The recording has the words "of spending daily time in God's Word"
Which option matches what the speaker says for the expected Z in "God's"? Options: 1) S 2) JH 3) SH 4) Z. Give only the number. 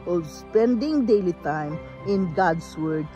1